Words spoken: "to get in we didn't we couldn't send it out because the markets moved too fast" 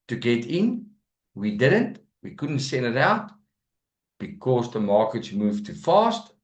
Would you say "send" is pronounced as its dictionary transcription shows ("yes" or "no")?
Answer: yes